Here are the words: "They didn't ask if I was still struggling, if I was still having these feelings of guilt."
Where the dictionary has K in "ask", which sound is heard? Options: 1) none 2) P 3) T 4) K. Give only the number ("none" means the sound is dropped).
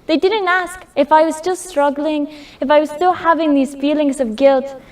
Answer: 4